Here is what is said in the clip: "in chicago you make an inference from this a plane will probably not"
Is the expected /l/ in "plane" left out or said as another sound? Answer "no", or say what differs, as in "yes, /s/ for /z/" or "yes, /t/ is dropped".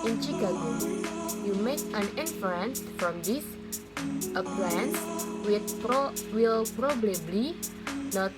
yes, /w/ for /l/